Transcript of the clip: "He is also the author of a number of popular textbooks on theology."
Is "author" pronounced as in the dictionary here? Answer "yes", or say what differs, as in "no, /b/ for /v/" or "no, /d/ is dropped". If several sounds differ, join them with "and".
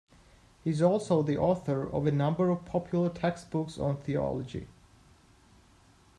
yes